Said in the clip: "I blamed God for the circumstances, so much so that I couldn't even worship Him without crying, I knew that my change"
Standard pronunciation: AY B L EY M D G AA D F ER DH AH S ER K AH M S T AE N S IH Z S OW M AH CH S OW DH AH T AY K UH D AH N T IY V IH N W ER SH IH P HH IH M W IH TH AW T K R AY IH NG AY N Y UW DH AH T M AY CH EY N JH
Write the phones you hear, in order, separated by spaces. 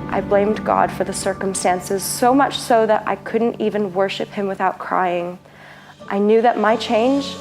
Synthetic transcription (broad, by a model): AY B L EY M D G AA D F ER DH AH S ER K AH M S T AE N S IH Z S OW M AH CH S OW DH AH T AY K UH D N T IY V IH N W ER SH IH P HH IH M W IH TH AW T K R AY IH NG AY N Y UW DH AH T M AY CH EY N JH